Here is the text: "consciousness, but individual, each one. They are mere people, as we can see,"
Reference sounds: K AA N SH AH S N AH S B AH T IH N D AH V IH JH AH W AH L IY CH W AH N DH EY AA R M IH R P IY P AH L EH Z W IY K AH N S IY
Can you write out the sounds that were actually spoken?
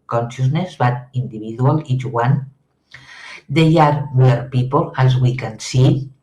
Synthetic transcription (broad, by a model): K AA N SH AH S N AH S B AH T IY N D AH B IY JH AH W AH L IY CH W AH N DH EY AA R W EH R P IY P AH L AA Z W IY K AH N S IY